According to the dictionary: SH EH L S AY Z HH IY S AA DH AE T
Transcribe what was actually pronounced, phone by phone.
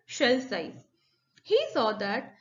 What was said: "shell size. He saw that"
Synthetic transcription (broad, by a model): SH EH L S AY HH IY S AA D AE T